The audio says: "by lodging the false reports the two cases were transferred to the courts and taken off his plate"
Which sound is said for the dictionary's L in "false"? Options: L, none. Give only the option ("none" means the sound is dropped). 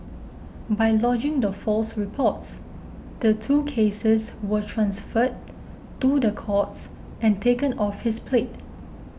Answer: L